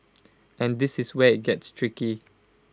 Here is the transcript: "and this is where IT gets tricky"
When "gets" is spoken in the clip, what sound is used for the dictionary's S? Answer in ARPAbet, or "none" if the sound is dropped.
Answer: S